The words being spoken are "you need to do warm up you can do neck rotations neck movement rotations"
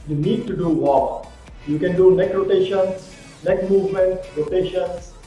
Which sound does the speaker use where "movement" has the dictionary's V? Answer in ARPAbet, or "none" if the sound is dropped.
V